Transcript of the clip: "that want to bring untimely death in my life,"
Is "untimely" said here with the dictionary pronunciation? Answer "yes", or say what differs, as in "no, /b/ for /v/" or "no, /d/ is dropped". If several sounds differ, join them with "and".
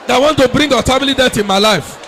no, /n/ is dropped